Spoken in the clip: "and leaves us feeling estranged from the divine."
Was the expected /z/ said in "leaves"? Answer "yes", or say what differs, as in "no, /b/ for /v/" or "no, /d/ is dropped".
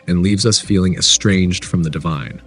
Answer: yes